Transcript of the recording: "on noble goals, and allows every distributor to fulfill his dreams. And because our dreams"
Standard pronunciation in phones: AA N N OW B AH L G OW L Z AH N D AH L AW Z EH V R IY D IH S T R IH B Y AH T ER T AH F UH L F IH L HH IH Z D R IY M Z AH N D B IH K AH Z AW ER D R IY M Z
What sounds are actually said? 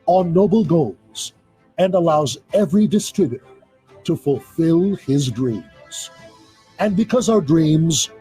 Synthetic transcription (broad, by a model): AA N N OW B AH L G OW L Z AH N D AH L AW Z EH V R IY D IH S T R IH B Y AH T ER T AH F UH L F IH L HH IH Z D R IY M Z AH N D B IH K AH Z AW ER D R IY M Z